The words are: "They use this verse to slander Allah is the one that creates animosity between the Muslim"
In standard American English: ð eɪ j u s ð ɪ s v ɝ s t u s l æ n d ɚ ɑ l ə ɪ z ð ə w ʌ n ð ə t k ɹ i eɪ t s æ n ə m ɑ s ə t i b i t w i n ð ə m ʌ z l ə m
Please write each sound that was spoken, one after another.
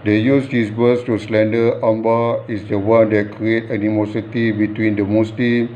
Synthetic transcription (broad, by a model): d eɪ j u s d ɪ s b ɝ s t u s l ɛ n d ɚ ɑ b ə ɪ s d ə w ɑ n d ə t k ɹ i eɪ t æ n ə m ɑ s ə t i b i t w i n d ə m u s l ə m